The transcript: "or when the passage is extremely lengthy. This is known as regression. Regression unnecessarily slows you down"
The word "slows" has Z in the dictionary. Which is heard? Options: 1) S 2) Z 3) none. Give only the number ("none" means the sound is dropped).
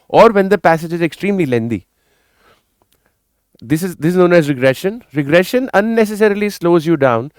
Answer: 2